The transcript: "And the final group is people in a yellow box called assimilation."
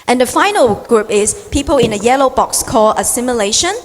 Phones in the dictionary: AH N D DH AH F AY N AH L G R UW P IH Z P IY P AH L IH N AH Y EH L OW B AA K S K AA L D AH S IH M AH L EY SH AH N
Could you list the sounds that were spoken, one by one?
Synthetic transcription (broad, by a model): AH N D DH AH F AY N AH L G R UW P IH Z P IY P AH L IH N AH Y EH L OW B AA K S K AA L AH S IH M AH L EY SH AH N